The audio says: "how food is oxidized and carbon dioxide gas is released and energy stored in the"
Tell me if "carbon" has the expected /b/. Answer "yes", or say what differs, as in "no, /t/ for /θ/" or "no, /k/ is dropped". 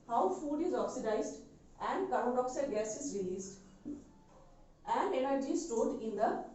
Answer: no, /b/ is dropped